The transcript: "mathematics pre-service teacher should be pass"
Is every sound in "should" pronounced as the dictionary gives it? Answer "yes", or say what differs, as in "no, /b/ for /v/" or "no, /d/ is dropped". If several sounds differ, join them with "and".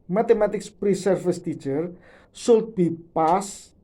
no, /s/ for /ʃ/